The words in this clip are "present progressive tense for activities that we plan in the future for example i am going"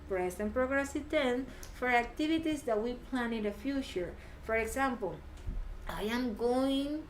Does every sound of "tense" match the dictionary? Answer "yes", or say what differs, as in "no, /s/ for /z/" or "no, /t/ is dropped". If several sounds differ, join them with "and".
no, /s/ is dropped